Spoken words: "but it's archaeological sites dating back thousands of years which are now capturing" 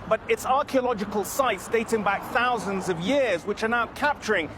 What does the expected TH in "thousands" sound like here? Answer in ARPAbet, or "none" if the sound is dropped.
TH